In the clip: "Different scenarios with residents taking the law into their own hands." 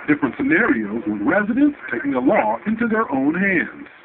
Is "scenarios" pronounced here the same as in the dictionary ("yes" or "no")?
yes